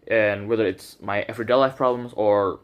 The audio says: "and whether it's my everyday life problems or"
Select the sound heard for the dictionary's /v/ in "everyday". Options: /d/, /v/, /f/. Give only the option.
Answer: /f/